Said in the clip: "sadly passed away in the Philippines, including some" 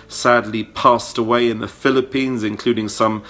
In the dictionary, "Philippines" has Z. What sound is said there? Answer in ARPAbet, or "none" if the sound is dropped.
Z